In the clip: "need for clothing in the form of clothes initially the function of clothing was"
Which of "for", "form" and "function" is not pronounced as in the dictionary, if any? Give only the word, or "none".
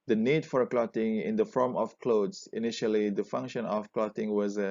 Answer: none